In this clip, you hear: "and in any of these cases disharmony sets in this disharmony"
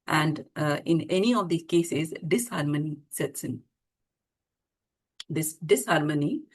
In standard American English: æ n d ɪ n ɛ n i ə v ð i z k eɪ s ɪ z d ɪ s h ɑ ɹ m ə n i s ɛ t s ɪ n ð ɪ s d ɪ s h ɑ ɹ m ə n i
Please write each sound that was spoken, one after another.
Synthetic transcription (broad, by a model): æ n d ɪ n ɛ n i ə v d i k eɪ s ɪ z d ɪ s h ɑ ɹ m ə n i s ɛ t s ɪ n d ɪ s d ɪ s h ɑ ɹ m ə n i